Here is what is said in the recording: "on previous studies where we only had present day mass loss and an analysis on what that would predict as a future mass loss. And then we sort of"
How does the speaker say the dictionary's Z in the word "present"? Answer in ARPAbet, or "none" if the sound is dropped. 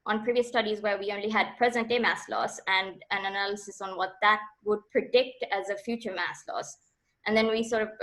Z